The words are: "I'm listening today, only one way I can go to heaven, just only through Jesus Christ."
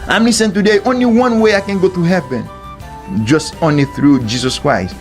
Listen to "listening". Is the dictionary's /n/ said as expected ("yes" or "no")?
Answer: no